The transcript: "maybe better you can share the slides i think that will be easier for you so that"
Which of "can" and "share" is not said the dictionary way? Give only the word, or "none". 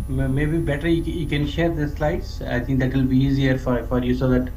none